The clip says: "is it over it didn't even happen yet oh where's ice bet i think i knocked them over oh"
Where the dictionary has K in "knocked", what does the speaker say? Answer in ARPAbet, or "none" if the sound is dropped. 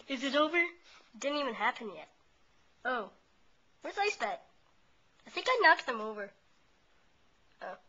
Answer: K